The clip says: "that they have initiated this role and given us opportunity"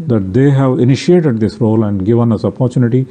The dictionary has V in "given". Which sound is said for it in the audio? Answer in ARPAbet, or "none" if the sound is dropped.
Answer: V